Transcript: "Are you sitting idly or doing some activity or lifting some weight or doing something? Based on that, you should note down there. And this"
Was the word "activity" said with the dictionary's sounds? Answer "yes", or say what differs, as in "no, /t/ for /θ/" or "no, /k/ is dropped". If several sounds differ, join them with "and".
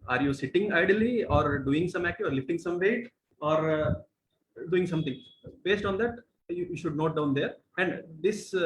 no, /v/ is dropped